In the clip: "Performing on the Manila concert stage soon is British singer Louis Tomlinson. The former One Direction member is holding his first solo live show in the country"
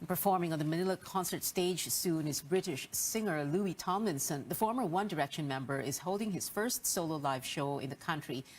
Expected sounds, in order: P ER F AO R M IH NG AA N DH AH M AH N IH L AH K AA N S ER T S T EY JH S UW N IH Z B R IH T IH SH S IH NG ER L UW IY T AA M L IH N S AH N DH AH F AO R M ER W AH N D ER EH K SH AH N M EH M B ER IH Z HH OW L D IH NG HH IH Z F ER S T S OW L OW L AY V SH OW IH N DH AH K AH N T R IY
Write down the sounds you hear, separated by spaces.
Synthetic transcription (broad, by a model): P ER F AO R M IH NG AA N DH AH M AH N IH L AH K AA N S ER T S T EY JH S UW N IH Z B R IH T IH SH S IH NG ER L UW IY T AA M IH N S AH N DH AH F AO R M ER W AH N D ER EH K SH AH N M EH M B ER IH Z HH OW L D IH NG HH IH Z F ER S T S OW L OW L AY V SH OW IH N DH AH K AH N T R IY